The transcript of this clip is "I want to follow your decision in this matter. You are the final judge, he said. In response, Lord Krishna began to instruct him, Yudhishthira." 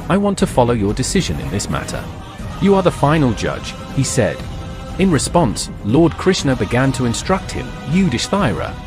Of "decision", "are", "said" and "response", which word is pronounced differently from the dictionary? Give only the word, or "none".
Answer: none